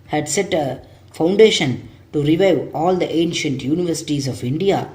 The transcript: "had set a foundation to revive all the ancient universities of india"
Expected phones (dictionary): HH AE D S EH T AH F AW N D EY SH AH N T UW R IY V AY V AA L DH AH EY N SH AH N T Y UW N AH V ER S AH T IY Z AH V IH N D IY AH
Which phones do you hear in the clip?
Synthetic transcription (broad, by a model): HH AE D S EH T AH F AW N D EY SH AH N T UW R IY V AY V AA L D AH EY N SH AH N T Y UW N AH V ER S AH T IY Z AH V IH N D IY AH